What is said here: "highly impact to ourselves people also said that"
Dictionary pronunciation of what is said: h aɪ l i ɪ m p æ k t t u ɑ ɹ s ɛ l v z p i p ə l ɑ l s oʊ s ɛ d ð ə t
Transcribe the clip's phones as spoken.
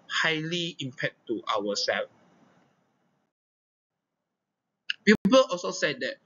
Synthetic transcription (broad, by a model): h aɪ l i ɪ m p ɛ t t u ɑ w s ɛ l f p i p ə l ɑ l s oʊ s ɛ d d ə t